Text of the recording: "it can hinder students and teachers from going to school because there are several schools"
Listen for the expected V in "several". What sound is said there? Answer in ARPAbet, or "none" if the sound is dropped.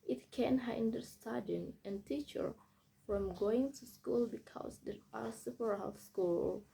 P